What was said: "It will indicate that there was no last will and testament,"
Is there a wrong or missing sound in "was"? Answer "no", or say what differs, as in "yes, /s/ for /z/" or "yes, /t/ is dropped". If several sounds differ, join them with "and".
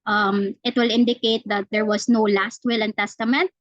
yes, /s/ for /z/